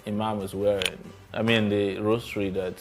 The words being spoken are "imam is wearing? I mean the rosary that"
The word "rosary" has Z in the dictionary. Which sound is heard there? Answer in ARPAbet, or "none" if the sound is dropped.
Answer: S